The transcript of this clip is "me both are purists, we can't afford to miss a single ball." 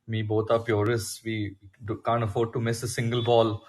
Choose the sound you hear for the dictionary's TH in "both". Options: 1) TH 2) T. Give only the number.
2